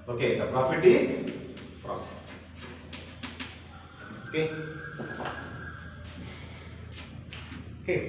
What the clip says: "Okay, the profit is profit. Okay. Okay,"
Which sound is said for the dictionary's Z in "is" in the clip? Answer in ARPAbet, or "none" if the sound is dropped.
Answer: S